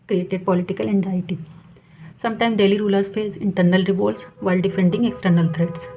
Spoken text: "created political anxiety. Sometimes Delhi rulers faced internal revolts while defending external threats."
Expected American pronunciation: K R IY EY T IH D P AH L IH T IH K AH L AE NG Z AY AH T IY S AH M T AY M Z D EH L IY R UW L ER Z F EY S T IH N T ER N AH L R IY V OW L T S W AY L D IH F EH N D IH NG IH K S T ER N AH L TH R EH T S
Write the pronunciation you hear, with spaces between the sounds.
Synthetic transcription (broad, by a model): K R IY EY T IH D P AH L IH T IH K AH L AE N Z AY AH T IY S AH M T AY M D EH L IY R UW L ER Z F EY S IH N T ER N AH L R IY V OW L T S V AY L D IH F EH N D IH NG IH K S T ER N AH L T R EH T S